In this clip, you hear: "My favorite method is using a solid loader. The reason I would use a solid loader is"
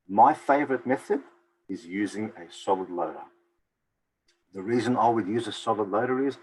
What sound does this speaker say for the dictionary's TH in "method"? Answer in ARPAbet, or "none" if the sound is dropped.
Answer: TH